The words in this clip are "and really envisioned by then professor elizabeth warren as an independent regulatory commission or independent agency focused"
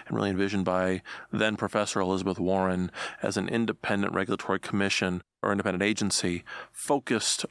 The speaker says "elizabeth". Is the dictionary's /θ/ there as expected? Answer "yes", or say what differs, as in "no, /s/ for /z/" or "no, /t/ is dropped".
yes